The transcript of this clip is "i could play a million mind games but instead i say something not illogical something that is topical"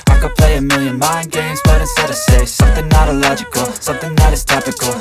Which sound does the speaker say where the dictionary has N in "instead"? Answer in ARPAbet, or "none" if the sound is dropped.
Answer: none